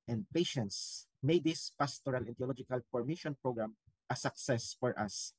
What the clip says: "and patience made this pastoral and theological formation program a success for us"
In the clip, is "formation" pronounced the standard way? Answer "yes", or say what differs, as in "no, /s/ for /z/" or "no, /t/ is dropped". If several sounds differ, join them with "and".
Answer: no, /p/ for /f/